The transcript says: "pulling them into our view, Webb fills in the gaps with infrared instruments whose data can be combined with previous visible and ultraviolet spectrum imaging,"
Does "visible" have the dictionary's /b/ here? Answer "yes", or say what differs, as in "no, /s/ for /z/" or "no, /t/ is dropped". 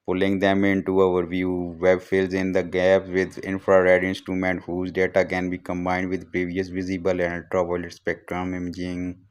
yes